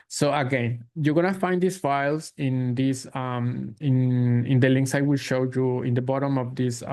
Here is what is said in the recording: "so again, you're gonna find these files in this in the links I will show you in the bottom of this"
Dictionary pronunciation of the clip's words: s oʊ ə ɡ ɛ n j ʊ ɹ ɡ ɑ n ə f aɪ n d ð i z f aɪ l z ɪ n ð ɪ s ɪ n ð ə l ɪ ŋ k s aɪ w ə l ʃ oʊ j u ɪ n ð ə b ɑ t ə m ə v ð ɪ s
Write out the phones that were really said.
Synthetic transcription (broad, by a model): s oʊ ə ɡ ɛ n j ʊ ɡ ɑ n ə f aɪ n d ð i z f aɪ l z ɪ n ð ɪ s ɪ n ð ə l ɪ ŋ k s aɪ w ə l ʃ oʊ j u ɪ n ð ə b ɑ t ə m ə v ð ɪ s